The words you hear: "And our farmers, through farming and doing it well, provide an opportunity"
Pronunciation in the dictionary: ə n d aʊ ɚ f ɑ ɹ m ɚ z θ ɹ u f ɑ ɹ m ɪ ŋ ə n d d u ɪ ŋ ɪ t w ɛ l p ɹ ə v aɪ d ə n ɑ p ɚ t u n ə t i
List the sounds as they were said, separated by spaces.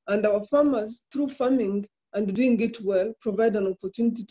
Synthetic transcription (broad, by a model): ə n d aʊ ɚ f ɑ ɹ m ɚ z θ ɹ u f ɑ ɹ m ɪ ŋ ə n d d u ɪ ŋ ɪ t w ɛ l p ɹ ə v aɪ d ə n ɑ p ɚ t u n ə t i